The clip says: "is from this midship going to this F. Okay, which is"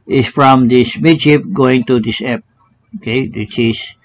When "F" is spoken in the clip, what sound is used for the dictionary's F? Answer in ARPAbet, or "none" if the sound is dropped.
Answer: P